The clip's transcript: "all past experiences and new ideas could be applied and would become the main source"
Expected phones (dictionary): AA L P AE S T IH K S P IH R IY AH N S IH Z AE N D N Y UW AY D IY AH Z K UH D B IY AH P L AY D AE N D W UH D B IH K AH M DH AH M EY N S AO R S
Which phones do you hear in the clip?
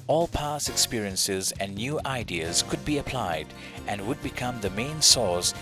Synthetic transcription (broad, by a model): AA L P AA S IH K S P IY R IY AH N S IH Z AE N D N Y UW AY D IY AH Z K UH D B IY AH P L AY D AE N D W UH D B IH K AH M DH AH M EY N S AO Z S